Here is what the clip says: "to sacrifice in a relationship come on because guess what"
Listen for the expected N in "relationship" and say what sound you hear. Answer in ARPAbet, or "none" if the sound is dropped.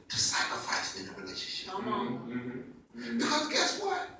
N